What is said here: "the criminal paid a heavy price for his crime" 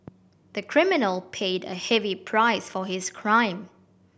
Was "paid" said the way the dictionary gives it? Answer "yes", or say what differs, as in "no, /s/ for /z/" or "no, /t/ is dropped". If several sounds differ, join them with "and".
yes